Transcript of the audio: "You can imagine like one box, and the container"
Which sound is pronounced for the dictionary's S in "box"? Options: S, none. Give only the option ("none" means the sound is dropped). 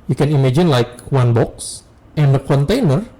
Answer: S